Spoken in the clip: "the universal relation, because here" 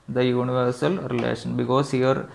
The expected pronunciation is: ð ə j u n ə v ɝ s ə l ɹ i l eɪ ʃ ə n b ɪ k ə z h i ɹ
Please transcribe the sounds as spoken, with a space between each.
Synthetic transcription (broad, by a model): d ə j u n ə v ɝ s ə l ɹ i l eɪ ʃ ə n b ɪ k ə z h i ɹ